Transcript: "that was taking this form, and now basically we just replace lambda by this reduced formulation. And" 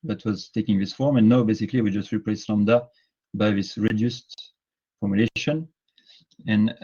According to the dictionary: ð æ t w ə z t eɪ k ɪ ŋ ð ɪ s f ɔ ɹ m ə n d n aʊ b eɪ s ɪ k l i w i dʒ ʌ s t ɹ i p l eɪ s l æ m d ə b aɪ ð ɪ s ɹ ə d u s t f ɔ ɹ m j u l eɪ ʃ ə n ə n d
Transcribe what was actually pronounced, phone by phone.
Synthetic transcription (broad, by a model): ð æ t w ə z t eɪ k ɪ ŋ ð ɪ s f ɔ ɹ m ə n n aʊ b eɪ s ɪ k l i w i dʒ ʌ s t ɹ i p l eɪ s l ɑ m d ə b aɪ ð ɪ s ɹ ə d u s t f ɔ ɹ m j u l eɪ ʃ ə n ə n